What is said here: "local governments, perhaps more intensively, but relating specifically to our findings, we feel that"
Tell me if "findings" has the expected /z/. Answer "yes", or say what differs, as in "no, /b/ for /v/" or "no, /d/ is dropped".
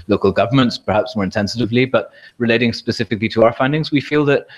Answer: yes